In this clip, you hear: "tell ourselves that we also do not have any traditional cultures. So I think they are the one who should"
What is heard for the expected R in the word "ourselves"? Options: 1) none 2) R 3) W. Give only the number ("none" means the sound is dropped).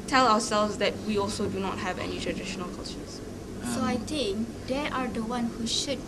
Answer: 3